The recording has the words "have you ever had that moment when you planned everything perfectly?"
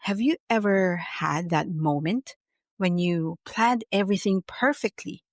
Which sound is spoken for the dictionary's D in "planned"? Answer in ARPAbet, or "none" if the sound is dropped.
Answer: D